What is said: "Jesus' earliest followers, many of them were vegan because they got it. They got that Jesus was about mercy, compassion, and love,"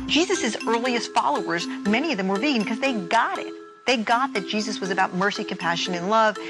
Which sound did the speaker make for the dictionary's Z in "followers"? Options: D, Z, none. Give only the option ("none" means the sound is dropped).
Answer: Z